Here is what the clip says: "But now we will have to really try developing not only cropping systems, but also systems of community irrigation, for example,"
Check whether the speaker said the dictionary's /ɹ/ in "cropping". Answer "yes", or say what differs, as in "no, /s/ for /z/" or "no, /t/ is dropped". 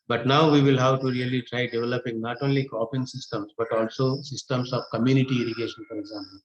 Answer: no, /ɹ/ is dropped